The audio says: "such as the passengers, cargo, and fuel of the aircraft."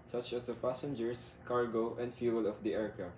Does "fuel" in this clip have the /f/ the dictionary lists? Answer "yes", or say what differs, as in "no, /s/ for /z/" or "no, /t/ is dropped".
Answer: yes